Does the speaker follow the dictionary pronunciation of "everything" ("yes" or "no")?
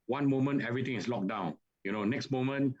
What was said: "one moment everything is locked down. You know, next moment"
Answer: no